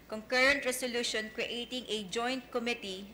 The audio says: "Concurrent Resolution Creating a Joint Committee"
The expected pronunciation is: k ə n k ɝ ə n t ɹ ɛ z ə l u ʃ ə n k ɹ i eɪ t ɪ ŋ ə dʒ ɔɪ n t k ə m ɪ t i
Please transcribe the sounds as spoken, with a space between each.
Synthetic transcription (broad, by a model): k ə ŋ k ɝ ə n t ɹ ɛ s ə l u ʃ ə n k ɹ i eɪ t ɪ ŋ ə dʒ ɔɪ n t k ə m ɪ t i